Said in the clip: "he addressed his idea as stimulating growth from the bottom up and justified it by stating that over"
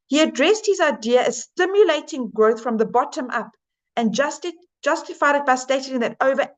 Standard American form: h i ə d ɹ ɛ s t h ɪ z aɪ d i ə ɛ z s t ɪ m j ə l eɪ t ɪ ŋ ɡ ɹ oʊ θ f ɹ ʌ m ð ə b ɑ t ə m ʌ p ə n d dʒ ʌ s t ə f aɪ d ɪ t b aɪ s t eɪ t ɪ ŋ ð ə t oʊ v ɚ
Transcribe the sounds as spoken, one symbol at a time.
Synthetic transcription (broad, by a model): h i ə d ɹ ɛ s t h ɪ z aɪ d i ə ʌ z s t ɪ m j ə l eɪ t ɪ ŋ ɡ ɹ oʊ θ f ɹ ʌ m ð ə b ɑ t ə m ʌ p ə n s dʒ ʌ s t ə f aɪ d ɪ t b aɪ s t eɪ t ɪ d ð ə t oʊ v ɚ